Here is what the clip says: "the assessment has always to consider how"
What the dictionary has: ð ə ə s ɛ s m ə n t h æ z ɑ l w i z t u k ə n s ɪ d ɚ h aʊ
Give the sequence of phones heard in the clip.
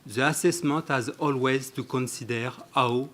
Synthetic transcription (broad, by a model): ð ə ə s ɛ s m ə t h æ z ɑ l w i z t u k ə n s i d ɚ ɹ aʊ